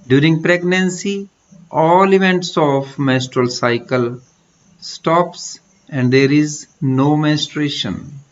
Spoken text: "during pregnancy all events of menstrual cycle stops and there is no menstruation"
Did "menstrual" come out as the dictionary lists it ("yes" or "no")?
no